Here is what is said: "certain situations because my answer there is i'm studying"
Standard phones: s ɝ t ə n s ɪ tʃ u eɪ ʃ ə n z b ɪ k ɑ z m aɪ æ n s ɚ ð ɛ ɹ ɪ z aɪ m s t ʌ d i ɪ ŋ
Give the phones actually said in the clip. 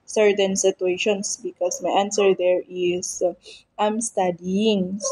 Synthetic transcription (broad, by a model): s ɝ t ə n s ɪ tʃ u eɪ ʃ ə n s b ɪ k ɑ s m aɪ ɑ n s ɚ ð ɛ ɹ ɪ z aɪ m s t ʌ d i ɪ ŋ